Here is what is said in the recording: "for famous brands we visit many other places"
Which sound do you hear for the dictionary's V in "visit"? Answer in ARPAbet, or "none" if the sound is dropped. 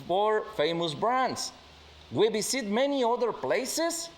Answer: B